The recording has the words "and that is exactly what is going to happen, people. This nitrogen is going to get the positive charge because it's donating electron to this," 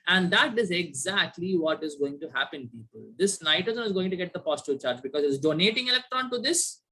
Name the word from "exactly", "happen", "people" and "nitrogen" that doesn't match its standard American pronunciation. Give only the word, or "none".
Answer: nitrogen